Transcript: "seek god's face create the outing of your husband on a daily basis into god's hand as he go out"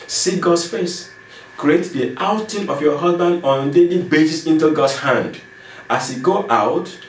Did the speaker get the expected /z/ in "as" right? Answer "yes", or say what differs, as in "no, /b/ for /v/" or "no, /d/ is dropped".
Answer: no, /s/ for /z/